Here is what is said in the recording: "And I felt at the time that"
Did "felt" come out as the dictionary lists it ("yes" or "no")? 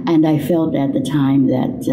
yes